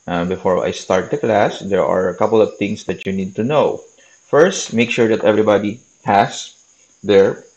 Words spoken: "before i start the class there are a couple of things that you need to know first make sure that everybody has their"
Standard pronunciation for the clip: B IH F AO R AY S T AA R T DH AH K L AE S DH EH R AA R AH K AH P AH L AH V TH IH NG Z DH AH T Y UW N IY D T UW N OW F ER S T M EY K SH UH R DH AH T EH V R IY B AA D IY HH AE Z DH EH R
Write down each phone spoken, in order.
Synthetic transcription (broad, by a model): B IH F AO R AY S T AA R T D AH K L AE S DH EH R AA R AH K AH P AH L AH V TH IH NG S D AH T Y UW N IY D T UW N OW F ER S T M EY K SH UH R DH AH T EH V R IY B AA D IY HH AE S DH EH R